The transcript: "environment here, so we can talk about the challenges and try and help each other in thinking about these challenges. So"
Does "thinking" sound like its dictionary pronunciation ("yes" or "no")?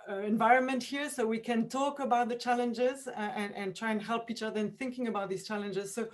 yes